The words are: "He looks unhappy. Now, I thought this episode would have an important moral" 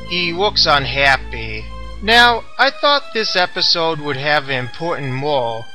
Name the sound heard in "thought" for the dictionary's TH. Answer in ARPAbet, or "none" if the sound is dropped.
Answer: TH